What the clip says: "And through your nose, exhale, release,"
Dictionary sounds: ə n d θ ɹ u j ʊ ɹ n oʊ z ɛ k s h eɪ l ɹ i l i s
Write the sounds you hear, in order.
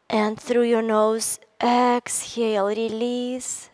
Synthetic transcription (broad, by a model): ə n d θ ɹ u j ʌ ɹ n oʊ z ɛ k s h eɪ l ɹ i l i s